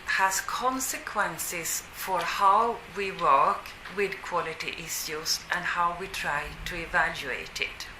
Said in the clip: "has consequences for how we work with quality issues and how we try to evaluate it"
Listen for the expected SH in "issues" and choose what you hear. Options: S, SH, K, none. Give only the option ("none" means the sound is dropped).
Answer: S